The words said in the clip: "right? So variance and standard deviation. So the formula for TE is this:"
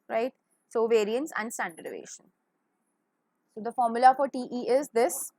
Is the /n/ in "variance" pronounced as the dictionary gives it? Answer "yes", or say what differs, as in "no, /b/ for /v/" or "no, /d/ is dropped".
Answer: yes